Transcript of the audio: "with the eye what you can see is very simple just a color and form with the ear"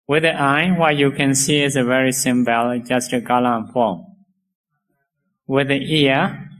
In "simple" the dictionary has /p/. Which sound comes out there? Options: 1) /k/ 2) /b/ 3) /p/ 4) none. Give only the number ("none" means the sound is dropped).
2